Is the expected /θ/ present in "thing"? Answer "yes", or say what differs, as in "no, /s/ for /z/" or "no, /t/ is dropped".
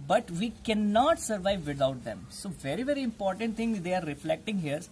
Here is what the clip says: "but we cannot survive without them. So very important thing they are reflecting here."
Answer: no, /t/ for /θ/